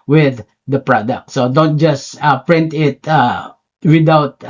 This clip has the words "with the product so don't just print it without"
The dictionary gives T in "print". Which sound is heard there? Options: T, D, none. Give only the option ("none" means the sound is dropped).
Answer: T